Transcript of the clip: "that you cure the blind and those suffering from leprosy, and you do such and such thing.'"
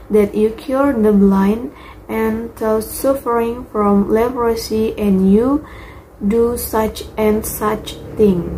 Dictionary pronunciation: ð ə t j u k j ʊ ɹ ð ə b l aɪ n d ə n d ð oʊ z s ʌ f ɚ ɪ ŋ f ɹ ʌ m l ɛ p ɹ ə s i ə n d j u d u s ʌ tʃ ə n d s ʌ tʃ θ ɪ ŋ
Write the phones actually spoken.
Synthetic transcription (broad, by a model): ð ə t j u k j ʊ ɹ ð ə b l aɪ n d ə n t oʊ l s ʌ f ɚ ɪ ŋ f ɹ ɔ m l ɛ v ɹ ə s i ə n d j u d u s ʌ tʃ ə n s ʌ tʃ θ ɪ ŋ